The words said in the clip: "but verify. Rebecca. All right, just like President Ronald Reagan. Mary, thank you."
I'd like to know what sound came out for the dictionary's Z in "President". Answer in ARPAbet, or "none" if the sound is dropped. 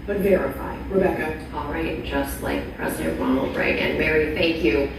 Z